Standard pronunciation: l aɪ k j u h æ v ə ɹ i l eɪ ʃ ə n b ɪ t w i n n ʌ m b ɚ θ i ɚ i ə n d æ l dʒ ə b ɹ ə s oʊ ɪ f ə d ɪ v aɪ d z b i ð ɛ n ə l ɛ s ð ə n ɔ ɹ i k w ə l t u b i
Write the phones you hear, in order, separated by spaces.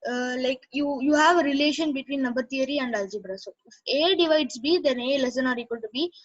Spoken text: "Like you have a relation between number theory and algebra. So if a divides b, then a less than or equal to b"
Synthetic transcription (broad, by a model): l aɪ k j u h æ v ə ɹ i l eɪ ʃ ə n b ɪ t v i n n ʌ b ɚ t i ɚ i ə n d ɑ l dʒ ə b ɹ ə s oʊ ɪ f ə d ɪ v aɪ d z b i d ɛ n ə l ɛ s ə n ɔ ɹ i k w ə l t u b i